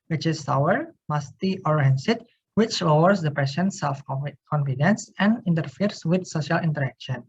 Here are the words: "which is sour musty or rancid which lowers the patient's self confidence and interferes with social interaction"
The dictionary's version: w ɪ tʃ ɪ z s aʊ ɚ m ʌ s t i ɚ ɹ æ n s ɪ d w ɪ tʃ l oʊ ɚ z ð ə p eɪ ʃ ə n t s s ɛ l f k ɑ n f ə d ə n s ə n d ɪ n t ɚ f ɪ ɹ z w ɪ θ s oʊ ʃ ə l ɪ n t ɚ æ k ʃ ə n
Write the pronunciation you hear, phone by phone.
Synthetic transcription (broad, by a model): w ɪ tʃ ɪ s aʊ ɚ m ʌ s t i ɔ ɹ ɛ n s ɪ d w ɪ tʃ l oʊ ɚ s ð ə p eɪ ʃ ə n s s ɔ f k ɑ n f ə d ə n s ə n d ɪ n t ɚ f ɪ ɹ s w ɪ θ s oʊ ʃ ə l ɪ n t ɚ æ k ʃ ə n